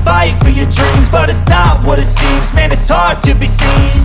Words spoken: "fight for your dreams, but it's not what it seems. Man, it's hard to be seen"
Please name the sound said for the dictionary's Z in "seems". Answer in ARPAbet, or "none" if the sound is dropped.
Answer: Z